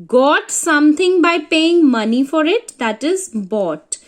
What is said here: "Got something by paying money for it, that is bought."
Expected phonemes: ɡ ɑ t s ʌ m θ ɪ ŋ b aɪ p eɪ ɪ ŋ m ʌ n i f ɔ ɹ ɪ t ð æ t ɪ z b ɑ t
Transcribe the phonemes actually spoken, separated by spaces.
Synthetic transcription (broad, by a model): ɡ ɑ t s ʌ m t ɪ ŋ b aɪ p eɪ ɪ ŋ m ʌ n i f ɔ ɹ ɪ t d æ t ɪ z b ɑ t